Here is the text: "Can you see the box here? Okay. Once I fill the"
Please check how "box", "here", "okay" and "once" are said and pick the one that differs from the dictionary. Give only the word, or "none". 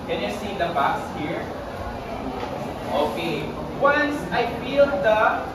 box